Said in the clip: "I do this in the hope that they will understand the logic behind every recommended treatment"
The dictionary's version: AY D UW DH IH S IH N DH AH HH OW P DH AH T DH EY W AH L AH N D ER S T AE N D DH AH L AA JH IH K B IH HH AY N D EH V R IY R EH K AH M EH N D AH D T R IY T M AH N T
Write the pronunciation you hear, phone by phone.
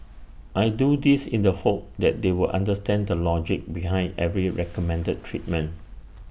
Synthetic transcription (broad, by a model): AY D UW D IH S IH N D AH HH OW P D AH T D EY W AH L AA N D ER S T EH N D AH L AA JH IH K B IH HH AY N D EH V R IY R EH K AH M EH N D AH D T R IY T M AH N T